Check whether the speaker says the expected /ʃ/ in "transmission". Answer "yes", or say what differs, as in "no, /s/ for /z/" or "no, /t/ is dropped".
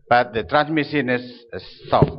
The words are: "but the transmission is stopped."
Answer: no, /s/ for /ʃ/